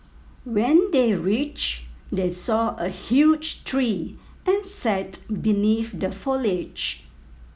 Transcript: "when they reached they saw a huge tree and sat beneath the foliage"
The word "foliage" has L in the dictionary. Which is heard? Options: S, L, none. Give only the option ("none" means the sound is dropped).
L